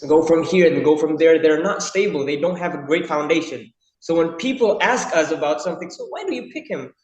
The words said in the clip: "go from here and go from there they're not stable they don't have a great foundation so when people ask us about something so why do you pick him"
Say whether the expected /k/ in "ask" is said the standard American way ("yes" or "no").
yes